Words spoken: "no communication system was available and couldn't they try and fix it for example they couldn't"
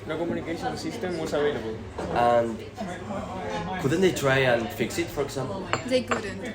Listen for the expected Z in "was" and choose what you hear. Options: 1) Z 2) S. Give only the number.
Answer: 2